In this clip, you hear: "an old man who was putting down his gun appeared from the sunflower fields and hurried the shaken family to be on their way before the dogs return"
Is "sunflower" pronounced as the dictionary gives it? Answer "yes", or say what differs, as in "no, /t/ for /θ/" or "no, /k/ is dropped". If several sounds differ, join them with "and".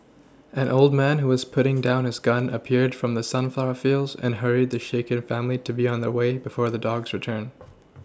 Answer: yes